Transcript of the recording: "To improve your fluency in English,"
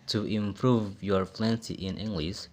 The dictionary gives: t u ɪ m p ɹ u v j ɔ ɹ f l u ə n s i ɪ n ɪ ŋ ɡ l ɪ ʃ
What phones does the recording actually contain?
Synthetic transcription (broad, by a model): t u ɪ m p ɹ u v j ɔ ɹ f l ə n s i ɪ n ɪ ŋ ɡ l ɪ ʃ